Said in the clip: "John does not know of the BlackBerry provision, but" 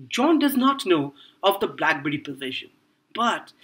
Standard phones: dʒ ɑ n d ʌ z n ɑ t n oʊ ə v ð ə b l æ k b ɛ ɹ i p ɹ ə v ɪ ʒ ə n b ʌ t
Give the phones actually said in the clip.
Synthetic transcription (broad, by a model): dʒ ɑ n d ʌ z n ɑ t n oʊ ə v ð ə b l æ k b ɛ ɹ i p ə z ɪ ʃ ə n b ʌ t